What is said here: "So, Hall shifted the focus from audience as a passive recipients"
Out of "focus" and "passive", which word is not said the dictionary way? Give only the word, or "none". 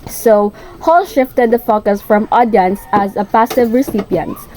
none